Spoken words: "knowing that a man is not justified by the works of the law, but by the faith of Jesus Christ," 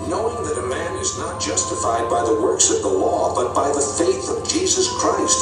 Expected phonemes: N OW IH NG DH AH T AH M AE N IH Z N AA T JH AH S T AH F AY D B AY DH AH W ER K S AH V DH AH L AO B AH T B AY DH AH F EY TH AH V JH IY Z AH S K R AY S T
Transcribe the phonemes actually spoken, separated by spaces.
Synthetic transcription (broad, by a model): N OW IH NG DH AH T AH M AE N IH Z N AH T JH AH S T AH F AY D B AY DH AH W ER K S AH V DH AH L AO B AH T B AY DH AH F EY TH AH V JH IY Z AH S K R AY S T